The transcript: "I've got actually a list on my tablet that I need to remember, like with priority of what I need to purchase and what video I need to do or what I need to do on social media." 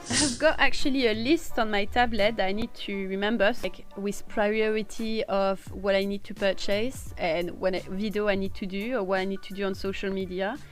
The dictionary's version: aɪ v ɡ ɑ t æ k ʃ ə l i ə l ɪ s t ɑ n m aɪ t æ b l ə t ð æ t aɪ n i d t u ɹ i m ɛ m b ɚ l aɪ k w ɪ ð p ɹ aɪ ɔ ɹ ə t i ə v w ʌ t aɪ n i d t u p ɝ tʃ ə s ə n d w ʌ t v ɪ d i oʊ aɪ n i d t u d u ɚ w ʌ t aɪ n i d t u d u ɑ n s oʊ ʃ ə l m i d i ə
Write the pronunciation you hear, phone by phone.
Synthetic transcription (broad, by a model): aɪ v ɡ ɑ t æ k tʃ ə l i ə l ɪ s t ɑ n m aɪ t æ b l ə t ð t aɪ n i d t u ɹ i m ɛ m b ɚ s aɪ k w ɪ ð p ɹ aɪ ɔ ɹ ə t i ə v w ʌ t aɪ n i d t u p ɝ tʃ ə s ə n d w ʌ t v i d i oʊ aɪ n i d t u d u ɚ w ʌ t aɪ n i d t u d u ɑ n s oʊ ʃ ə l m i d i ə